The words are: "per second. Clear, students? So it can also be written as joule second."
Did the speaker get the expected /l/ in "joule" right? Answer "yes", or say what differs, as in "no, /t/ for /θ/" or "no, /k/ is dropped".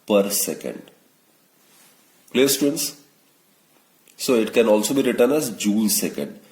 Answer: no, /n/ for /l/